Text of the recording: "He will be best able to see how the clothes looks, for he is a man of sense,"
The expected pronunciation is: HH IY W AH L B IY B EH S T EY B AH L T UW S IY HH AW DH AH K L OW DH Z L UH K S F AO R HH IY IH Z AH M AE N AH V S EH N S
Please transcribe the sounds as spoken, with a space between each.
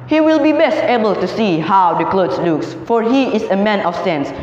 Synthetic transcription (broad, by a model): HH IY W AH L B IY B EH S T EY B AH L T UW S IY HH AW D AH K L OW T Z L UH K S F AO R HH IY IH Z AH M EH N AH F S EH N S